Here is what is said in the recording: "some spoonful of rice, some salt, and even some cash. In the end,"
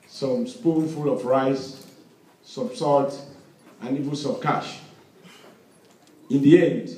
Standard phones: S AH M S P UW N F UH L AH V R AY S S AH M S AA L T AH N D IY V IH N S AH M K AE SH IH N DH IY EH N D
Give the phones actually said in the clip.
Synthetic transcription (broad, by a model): S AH M S P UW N F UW L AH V R AY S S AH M S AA T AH N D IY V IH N S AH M K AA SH IH N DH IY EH N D